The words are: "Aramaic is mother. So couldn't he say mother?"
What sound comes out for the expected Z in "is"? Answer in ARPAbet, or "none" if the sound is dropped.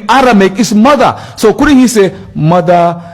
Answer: S